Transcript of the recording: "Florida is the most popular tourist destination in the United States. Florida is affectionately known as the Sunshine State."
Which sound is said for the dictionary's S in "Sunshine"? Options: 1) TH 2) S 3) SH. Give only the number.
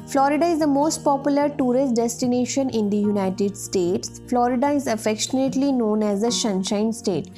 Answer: 3